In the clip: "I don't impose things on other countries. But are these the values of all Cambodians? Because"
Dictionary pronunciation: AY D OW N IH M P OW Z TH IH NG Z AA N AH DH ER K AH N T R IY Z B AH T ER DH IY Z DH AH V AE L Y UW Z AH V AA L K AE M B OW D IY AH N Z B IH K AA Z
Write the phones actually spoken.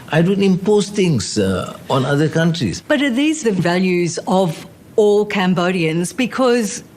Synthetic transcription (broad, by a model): AY D OW N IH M P OW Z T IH NG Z AA N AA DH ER K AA N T R IY S B AH T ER DH IY Z DH AH V AE L Y UW Z AH V AA L K AE M B OW D IY AH N Z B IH K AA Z